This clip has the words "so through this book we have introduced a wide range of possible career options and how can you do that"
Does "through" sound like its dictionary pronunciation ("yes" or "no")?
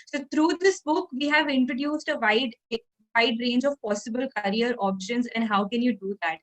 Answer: no